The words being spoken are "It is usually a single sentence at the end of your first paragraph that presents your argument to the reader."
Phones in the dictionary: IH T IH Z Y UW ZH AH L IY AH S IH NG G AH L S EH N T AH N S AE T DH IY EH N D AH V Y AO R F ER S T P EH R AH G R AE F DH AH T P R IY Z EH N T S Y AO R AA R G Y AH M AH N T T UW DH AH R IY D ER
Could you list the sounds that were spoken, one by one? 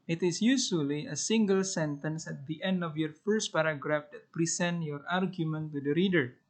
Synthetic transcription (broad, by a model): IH T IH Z Y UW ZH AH L IY AH S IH NG G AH L S EH N T AH N S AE T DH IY EH N D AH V Y AO R F ER S T P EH R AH G R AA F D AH T P R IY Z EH N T Y AO R AA R G Y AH M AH N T T UW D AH R IY D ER